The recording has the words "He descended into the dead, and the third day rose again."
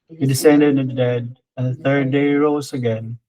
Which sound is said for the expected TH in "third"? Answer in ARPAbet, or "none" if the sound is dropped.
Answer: TH